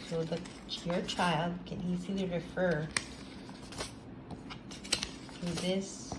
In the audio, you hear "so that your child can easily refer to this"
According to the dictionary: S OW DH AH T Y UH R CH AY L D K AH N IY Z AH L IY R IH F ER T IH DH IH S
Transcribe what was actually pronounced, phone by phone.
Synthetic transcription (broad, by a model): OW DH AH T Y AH R CH AY L D K AH N IY Z AH L IY R IH F ER T IH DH IH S